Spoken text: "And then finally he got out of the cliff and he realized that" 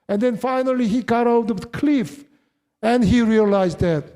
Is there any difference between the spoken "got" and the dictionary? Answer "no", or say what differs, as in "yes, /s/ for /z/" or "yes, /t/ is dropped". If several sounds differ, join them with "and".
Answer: no